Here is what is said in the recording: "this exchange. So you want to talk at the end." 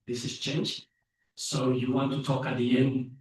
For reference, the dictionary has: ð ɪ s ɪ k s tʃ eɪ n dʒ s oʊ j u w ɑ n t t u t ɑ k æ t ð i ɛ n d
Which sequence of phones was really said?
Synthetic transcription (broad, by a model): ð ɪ s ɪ s tʃ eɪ n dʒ s oʊ j u w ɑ n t t u t ɑ k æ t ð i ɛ n d